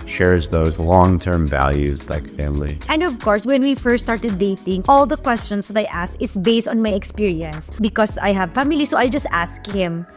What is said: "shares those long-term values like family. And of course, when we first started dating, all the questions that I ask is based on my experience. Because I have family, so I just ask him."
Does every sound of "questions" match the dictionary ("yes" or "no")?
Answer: no